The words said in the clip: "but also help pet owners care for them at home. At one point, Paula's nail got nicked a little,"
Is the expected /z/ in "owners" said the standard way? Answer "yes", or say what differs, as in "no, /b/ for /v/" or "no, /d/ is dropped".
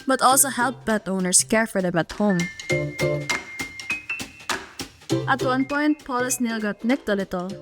no, /s/ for /z/